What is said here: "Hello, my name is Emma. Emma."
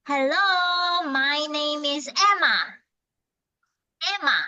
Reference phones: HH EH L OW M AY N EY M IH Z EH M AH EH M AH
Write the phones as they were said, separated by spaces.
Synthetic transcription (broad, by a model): HH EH L OW M AY N EY M IH Z EH M AH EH M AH